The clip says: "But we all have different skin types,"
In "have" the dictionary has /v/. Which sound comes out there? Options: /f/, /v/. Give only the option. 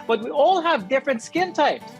/v/